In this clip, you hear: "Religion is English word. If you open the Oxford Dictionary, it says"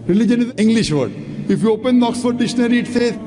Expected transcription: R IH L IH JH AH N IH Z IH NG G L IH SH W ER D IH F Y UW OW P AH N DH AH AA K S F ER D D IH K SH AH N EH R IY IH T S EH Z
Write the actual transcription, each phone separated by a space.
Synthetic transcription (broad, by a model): R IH L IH JH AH N IH Z IH NG G L IH SH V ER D IH F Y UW OW P AH N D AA K S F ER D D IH SH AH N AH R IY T S EH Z